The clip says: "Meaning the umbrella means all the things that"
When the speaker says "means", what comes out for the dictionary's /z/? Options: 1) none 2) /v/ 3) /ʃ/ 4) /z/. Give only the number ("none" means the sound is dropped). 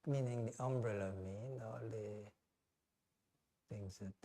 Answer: 1